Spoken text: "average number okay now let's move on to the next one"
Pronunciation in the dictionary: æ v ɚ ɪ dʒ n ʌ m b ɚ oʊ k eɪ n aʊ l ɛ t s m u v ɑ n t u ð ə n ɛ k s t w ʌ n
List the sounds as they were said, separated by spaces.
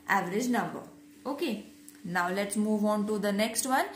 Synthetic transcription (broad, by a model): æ v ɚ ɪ dʒ n ʌ m b ɚ oʊ k eɪ n aʊ l ɛ t s m u v ɑ n t u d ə n ɛ k s t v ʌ n